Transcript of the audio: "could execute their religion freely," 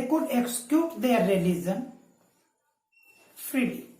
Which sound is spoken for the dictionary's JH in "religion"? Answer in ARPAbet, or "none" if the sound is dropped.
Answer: Z